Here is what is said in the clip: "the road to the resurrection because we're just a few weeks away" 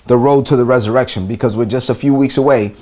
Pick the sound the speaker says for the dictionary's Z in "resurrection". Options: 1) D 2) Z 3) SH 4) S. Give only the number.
2